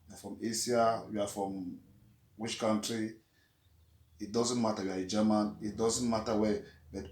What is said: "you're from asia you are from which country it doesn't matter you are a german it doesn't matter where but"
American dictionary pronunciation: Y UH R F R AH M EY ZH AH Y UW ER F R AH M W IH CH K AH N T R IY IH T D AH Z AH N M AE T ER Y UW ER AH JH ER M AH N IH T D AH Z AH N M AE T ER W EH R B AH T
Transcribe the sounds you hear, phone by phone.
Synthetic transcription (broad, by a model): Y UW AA F R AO M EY S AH Y UW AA F R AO M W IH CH K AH N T R IY IH T D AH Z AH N M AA T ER Y UW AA AH JH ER M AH N IH T D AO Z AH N M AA T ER W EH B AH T